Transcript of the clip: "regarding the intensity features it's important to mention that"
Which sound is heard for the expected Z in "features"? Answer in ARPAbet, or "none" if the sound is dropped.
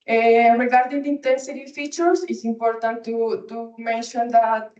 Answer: S